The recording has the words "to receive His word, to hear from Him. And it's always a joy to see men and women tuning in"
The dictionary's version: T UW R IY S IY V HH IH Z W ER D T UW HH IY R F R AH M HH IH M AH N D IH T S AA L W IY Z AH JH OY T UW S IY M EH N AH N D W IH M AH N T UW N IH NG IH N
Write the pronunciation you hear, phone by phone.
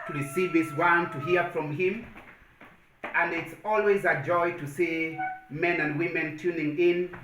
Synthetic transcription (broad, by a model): T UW R IY S IY V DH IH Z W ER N T UW HH IY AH F R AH M HH IH M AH N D IH T S AA L W IY Z AH JH OY T UW S IY M EH N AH N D W IH M AH N T UW N IH NG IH N